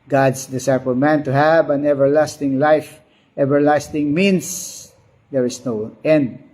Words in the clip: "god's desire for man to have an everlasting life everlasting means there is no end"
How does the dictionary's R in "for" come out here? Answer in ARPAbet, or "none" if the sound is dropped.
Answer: L